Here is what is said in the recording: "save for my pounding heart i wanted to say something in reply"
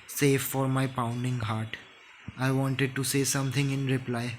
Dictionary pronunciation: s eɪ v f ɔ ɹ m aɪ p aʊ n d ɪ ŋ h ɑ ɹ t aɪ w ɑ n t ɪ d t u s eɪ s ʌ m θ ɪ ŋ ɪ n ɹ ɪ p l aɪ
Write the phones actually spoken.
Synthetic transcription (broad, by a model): s eɪ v f ɔ ɹ m aɪ p aʊ n d ɪ ŋ h ɑ ɹ t aɪ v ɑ n t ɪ d t u s eɪ s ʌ m t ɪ ŋ ɪ n ɹ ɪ p l aɪ